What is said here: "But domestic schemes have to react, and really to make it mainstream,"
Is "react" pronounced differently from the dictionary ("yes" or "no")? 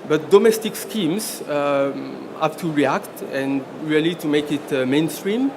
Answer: no